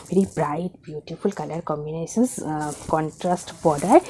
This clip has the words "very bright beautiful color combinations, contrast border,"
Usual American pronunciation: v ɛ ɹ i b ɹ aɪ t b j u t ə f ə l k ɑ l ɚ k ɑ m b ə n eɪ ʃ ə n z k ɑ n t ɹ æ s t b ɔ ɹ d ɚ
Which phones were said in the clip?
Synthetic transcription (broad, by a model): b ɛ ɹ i b ɹ aɪ t b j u t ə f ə l k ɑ l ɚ k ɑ m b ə n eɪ s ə n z k ɑ n t ɹ æ s t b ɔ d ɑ